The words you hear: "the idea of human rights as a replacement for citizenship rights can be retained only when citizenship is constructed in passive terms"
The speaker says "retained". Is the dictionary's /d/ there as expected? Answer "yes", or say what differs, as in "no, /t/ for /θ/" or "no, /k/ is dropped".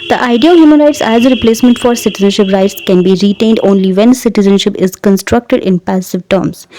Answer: yes